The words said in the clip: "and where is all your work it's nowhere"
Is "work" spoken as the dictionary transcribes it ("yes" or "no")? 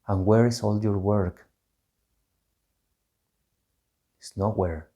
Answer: yes